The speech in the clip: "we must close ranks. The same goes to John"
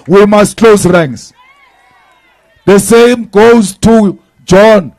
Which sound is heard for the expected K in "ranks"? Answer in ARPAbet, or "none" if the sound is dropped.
none